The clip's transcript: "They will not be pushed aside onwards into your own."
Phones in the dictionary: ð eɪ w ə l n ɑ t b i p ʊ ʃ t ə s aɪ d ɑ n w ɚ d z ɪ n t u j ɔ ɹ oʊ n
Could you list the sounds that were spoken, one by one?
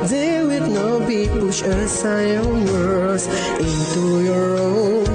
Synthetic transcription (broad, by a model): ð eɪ w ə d n ɑ t b i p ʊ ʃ ə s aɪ ɑ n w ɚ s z ɪ n t u j ɔ ɹ oʊ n